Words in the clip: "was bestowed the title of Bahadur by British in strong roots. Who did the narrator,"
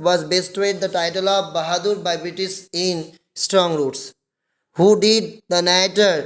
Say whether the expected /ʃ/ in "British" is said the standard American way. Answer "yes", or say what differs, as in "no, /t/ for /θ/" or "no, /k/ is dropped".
no, /s/ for /ʃ/